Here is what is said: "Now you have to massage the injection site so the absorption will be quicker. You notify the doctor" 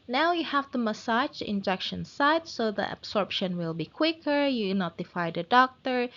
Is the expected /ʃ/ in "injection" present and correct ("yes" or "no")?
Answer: yes